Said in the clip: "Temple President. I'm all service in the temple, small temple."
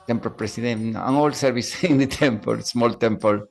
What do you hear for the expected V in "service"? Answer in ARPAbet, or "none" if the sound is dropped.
B